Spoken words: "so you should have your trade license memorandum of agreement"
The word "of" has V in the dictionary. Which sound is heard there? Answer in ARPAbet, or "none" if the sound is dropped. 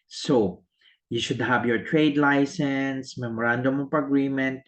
P